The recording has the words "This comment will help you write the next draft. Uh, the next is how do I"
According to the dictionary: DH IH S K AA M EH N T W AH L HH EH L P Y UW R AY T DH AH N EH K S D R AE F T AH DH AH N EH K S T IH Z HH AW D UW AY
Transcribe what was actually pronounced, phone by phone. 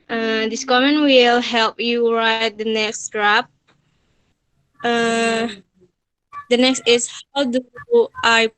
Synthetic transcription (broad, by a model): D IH S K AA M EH N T W AH L HH EH L P Y UW R AY T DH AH N EH K S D R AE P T AH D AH N EH K S T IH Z HH AW D UW AY